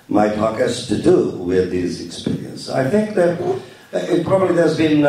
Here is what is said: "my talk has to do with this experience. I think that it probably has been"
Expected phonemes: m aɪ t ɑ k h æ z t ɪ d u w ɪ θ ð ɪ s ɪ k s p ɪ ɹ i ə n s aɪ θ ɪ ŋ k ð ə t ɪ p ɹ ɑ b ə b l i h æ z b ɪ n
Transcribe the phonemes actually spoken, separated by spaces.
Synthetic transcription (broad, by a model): m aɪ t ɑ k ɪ s t ɪ d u w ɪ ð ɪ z ɪ k s p ɪ ɹ i ə n s aɪ θ ɪ ŋ k ð ə t ɪ p ɹ ɑ b ə b l i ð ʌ z b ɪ n